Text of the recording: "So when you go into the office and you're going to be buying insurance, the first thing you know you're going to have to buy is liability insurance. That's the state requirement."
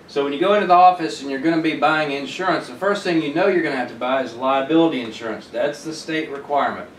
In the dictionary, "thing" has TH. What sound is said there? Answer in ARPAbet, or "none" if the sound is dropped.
TH